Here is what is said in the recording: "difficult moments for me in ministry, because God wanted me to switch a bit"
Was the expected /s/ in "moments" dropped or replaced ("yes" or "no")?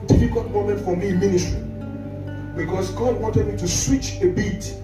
yes